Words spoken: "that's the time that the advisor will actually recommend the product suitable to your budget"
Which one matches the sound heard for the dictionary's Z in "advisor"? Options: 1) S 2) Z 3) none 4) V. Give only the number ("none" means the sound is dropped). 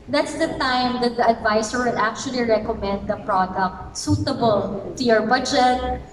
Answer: 1